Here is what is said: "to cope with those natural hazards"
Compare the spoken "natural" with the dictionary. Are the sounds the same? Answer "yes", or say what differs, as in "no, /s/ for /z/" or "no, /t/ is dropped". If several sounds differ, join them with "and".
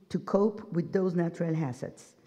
yes